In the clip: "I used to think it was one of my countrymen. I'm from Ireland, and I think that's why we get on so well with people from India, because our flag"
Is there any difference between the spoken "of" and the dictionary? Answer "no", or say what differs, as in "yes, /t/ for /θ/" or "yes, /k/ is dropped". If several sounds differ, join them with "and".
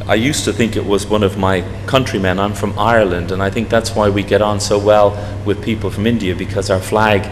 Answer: no